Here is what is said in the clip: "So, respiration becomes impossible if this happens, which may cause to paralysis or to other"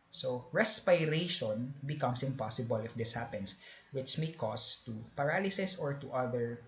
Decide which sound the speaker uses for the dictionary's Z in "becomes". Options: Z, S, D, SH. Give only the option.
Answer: S